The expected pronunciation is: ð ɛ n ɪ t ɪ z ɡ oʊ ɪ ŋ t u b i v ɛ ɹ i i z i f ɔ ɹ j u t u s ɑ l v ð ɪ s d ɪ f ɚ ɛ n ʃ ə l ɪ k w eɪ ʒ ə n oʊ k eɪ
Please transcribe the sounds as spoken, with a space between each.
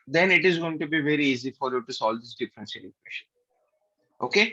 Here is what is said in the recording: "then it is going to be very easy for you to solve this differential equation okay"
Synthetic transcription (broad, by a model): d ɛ n ɪ t ɪ z ɡ oʊ ɪ ŋ t u b i v ɛ ɹ i i z i f ɔ ɹ j u t u s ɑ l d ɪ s d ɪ f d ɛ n s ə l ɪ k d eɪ ʃ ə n oʊ k eɪ